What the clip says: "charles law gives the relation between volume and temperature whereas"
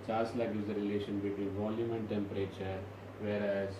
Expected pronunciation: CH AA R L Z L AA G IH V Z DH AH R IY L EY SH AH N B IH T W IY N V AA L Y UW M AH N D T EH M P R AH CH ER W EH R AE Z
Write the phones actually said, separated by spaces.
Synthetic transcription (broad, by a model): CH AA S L L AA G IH Z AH R IY L EY SH AH N B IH T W IY N V AA L Y UW M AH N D T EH M P R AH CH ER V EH R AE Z